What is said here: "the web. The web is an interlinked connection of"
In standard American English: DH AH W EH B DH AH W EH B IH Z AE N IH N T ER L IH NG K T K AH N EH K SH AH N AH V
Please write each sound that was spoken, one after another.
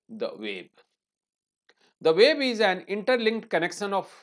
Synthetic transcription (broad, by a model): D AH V EH B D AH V EH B IH Z AE N IH N T ER L IH NG K T K AH N EH K SH AH N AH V